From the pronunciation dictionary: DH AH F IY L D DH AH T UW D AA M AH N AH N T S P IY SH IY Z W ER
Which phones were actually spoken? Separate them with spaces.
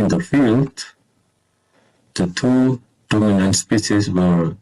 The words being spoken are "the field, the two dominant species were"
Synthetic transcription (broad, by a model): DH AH F IY L D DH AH T UW D AA M AH N AH N T S P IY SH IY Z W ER